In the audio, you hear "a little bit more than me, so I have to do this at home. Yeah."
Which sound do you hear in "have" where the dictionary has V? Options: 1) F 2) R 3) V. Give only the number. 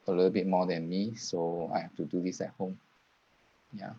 1